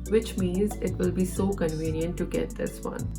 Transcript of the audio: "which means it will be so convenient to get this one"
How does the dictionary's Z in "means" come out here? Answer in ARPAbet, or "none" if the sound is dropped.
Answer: Z